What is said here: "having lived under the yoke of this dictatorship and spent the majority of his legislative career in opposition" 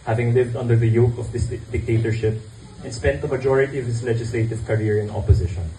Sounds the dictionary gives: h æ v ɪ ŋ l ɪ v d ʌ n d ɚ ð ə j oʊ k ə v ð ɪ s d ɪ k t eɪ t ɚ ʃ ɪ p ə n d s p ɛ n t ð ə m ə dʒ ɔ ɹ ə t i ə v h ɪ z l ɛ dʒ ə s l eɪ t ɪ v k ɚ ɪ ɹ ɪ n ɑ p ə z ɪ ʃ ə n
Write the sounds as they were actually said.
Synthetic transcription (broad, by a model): h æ v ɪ ŋ l ɪ v d ʌ n d ɚ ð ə j oʊ k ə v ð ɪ s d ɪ k t eɪ t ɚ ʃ ɪ p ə n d s p ɛ n t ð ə m ə dʒ ɔ ɹ ə t i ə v h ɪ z l ɛ dʒ ə s l eɪ t ɪ v k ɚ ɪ ɹ ɪ n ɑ p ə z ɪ ʃ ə n